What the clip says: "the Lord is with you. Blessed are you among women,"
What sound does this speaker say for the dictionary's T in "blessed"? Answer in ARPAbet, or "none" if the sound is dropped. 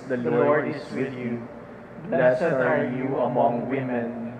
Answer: none